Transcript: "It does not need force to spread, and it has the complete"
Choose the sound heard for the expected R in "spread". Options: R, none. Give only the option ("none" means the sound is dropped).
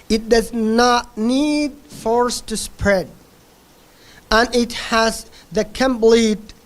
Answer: R